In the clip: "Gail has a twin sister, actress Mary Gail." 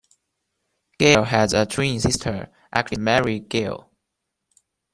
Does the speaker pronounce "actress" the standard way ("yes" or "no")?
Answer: no